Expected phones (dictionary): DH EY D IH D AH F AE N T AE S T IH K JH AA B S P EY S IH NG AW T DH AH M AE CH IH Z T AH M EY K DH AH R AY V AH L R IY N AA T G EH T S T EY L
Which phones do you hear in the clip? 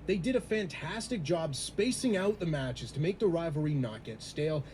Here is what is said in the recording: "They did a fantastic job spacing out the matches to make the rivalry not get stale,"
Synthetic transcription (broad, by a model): DH EY D IH D AH F AE N T AE S T IH K JH AA B S P EY S IH NG AW T DH AH M AE CH IH Z T AH M EY K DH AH R AY V AH R IY N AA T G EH T S T EY L